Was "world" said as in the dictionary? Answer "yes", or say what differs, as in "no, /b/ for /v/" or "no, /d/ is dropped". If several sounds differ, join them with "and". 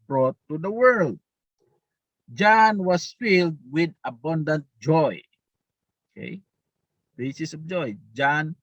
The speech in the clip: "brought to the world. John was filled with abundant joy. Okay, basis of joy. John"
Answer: yes